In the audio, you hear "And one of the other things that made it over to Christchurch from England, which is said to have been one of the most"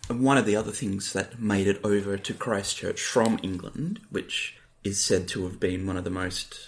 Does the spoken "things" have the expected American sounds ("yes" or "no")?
yes